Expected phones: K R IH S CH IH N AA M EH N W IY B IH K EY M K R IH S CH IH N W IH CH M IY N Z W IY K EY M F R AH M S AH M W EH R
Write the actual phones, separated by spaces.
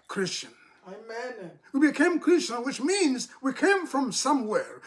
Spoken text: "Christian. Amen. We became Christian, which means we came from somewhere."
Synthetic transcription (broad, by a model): K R IH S CH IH N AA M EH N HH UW B IH K EY M K R IH S CH IH N W IH CH M IY N Z W IY K EY M F R AH M S AH M W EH R